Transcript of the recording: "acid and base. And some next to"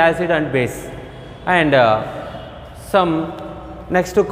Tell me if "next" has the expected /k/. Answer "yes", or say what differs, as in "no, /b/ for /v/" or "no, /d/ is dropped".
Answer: yes